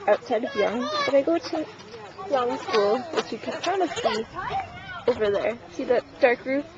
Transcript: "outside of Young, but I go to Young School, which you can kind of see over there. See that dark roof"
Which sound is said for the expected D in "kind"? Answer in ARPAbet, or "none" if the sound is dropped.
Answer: none